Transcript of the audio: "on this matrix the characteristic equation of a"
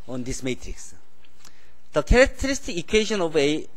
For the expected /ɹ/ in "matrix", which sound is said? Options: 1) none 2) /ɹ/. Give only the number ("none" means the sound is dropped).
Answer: 2